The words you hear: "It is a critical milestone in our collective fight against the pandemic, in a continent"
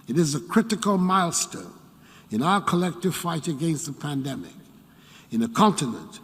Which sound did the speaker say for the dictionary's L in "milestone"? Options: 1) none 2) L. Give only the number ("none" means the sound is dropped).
2